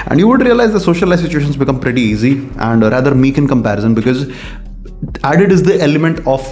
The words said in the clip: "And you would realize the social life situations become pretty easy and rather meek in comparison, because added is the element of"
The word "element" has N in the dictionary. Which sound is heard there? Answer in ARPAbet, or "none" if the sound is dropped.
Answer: N